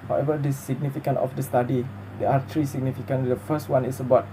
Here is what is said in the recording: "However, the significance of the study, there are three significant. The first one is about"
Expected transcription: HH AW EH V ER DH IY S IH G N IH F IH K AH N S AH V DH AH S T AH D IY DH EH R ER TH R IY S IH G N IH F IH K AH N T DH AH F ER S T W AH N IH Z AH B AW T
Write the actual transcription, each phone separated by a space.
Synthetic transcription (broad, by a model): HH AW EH V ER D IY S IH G N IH F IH K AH N AH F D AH S T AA D IY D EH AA T R IY S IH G N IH F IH K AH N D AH F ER S T W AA N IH S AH B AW T